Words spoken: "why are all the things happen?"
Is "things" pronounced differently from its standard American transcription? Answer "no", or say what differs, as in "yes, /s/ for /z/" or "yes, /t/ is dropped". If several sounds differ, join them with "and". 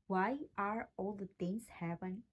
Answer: yes, /t/ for /θ/